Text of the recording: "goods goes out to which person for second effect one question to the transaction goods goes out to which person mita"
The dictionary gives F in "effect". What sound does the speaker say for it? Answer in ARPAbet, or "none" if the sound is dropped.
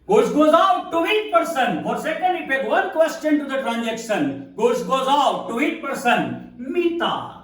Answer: P